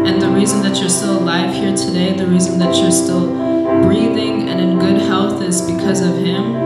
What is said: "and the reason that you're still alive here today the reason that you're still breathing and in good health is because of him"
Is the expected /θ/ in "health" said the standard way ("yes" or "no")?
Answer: yes